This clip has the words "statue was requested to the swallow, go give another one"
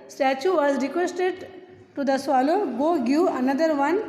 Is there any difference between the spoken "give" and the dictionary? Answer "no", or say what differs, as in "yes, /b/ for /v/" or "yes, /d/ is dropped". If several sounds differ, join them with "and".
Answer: yes, /v/ is dropped